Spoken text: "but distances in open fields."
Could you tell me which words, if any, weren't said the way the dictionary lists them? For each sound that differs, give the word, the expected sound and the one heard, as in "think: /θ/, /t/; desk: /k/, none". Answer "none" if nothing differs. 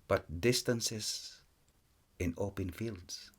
distances: /z/, /s/